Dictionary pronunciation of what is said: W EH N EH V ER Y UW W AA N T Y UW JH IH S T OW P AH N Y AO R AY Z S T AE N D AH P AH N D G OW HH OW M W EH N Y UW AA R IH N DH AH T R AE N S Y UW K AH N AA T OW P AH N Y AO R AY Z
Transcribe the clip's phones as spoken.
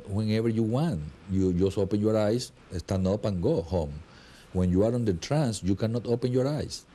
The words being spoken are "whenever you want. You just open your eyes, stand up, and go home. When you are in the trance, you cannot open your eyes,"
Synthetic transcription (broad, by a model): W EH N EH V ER Y UW W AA N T Y UW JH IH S OW P AH N Y AO R AY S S T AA N AO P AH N G OW HH OW M W EH N Y UW AA R IH N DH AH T R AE N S Y UW K AH N AA T OW P AH N Y AO R AY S